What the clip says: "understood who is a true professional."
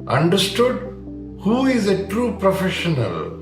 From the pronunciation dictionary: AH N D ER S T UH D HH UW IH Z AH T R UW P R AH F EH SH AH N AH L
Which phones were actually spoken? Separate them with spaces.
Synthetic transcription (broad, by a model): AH N D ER S T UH D HH UW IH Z AH T R UW P R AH F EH SH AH N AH L